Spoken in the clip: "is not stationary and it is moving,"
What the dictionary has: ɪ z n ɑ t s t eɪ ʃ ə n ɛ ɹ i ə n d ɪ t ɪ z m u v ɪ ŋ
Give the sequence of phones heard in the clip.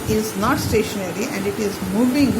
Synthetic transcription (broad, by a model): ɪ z n ɑ t s t eɪ ʃ ə n ɛ ɹ i ə n d ɪ t ɪ z m u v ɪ ŋ